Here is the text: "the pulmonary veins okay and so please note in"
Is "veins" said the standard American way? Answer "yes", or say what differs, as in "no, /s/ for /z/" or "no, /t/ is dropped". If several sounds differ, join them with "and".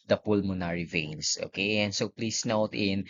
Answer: no, /s/ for /z/